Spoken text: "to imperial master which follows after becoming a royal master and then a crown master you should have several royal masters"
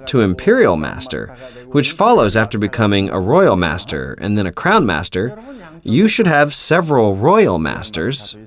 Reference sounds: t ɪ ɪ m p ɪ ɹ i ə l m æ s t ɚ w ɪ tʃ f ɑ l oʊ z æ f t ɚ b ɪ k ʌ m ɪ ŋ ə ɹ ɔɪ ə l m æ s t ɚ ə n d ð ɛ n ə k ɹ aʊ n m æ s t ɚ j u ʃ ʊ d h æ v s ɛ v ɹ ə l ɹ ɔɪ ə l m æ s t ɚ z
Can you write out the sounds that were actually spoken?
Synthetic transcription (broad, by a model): t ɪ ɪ m p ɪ ɹ i l m æ s t ɚ w ɪ tʃ f ɑ l oʊ z æ f t ɚ b ɪ k ʌ m ɪ ŋ ə ɹ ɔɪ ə l m æ s t ɚ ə n ð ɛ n ə k ɹ aʊ n m æ s t ɚ j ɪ ʃ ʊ d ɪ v s ɛ v ɹ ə l ɹ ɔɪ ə l m æ s t ɚ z